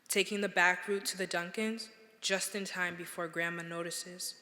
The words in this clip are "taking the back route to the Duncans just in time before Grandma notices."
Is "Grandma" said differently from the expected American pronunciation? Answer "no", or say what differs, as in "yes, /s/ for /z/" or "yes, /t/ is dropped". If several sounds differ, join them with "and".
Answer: no